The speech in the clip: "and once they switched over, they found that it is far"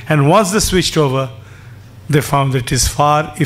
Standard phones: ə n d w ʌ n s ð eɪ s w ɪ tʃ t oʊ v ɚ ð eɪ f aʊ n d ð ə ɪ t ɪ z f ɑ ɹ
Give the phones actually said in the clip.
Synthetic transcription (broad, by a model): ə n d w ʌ n s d eɪ s w ɪ tʃ t oʊ v ɚ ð eɪ f aʊ n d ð ɪ t ɪ z f ɑ ɹ